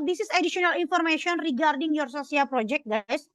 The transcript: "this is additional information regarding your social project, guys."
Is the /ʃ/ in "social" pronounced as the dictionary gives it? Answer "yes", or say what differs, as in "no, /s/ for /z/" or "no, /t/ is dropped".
no, /s/ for /ʃ/